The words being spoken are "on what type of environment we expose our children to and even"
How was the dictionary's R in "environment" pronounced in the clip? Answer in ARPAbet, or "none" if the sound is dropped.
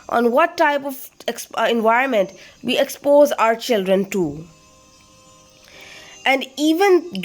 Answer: R